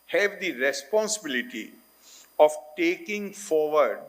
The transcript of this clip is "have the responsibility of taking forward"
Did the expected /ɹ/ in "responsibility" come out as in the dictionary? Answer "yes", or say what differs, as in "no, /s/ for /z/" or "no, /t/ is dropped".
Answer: yes